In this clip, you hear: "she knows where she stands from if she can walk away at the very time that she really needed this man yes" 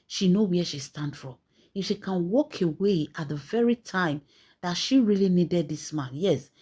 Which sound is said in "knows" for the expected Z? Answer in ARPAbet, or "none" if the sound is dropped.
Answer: none